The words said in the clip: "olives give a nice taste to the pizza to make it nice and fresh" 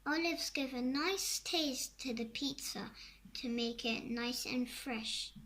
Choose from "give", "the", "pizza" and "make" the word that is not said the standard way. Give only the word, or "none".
none